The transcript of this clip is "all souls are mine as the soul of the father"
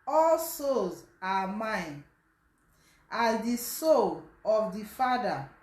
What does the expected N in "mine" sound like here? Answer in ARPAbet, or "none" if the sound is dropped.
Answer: N